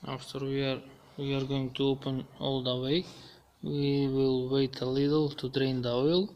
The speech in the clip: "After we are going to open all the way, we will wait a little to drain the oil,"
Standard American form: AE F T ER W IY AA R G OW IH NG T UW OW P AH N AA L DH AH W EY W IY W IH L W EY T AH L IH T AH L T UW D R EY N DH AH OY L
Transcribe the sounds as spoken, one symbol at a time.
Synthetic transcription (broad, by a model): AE F T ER W IY AA R G OW IH NG T UW OW P AH N AA L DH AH W EY W IY W IH L W EY T AH L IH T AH L T UW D R EY N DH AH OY L